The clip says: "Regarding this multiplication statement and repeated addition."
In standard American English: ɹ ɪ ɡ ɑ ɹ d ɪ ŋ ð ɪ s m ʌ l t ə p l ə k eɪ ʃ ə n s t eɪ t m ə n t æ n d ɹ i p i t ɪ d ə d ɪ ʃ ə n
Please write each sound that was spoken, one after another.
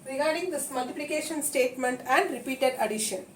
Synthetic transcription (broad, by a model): ɹ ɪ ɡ ɑ ɹ d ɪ ŋ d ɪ s m ʌ l t ə p l ə k eɪ ʃ ə n s t eɪ t m ə n t æ n d ɹ i p i t ɪ d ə d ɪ ʃ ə n